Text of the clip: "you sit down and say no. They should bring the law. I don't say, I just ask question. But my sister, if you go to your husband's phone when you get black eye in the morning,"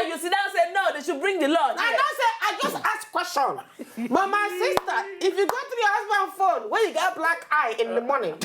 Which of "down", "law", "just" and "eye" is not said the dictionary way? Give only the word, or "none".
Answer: down